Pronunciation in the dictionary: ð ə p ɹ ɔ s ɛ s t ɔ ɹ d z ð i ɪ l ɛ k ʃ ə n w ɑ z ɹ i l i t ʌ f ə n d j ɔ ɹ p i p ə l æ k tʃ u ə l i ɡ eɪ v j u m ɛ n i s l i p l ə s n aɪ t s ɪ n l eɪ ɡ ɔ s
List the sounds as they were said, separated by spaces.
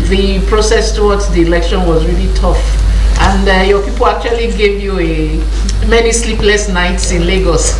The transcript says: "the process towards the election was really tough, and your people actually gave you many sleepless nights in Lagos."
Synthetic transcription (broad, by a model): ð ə p ɹ ɔ s ɛ s t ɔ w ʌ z ð i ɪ l ɛ k ʃ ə n w ɑ z ɹ i l i t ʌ f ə n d j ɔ p i p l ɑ k tʃ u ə l i ɡ eɪ v j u m ɛ n i s l i p l ə s n aɪ t s ɪ n l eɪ ɡ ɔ s